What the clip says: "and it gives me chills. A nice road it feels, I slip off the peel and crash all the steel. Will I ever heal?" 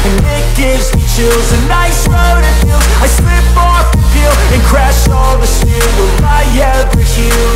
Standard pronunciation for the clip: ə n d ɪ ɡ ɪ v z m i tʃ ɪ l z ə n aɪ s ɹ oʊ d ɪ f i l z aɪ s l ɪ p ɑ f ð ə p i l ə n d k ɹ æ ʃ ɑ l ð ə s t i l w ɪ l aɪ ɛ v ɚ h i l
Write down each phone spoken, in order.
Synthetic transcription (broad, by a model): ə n ɪ ɡ ɪ v z m i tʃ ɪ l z ə n aɪ s ɹ oʊ d ɪ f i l aɪ s l ɪ p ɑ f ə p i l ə n k ɹ æ ʃ ɑ l ð ə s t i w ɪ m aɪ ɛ ɚ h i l